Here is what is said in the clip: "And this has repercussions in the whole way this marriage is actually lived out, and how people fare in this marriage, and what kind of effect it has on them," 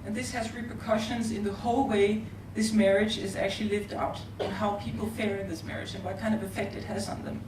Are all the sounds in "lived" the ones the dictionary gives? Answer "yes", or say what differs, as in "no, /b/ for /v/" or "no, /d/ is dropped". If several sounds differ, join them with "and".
yes